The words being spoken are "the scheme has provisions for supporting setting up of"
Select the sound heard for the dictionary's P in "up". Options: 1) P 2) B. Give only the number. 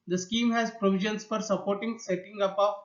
2